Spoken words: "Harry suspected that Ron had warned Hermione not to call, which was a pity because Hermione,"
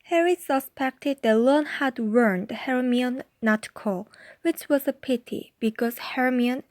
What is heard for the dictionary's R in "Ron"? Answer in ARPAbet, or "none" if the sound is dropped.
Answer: L